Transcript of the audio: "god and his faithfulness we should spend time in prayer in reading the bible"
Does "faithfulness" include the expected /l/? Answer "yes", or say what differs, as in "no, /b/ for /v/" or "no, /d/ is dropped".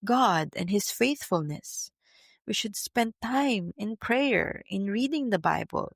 yes